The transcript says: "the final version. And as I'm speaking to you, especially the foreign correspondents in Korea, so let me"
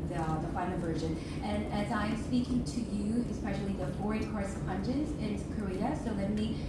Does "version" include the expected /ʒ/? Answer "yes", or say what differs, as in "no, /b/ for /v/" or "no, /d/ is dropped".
yes